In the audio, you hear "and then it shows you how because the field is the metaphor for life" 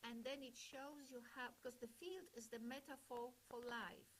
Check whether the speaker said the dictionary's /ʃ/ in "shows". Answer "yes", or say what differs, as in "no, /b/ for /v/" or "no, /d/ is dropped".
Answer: yes